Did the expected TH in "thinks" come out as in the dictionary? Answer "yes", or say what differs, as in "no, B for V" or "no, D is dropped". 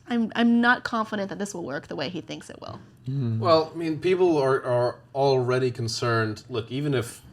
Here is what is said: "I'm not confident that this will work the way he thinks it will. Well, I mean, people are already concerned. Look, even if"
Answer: yes